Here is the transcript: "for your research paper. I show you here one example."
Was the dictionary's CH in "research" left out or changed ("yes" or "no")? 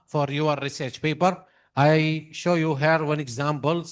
no